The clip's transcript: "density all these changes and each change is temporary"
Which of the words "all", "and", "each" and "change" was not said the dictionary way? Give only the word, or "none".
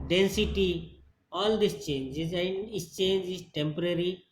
each